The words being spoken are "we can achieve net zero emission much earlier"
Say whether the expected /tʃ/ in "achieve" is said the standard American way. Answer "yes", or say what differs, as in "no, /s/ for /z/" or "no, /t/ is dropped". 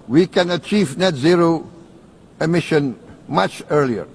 yes